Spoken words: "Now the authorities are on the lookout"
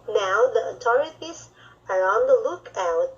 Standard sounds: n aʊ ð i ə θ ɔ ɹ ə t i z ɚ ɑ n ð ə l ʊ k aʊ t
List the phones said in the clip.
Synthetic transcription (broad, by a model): n aʊ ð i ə t ɔ ɹ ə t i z ɚ ɑ n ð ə l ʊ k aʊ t